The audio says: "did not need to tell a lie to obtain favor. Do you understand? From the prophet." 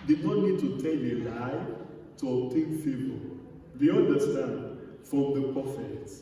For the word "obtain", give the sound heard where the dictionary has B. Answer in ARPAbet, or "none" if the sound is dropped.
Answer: none